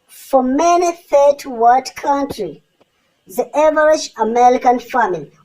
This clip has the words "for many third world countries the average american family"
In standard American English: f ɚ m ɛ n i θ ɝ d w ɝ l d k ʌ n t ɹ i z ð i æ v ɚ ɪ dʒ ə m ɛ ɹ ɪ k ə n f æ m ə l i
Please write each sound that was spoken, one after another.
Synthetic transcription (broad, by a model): f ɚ m ɛ n i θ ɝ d w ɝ d k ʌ n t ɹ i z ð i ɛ v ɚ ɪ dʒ ə m ɛ ɹ ɪ k ə n f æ m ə l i